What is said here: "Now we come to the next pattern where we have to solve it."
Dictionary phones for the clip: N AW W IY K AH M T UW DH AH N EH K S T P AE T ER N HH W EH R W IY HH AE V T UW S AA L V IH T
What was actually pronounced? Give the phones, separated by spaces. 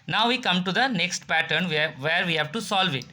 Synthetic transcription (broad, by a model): N AW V IY K AH M T UW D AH N EH K S T P AE T ER N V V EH R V IY HH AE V T UW S AA L V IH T